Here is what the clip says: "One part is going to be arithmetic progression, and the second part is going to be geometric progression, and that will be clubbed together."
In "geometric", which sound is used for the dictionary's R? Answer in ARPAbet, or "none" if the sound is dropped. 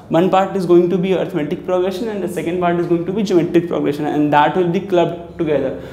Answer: none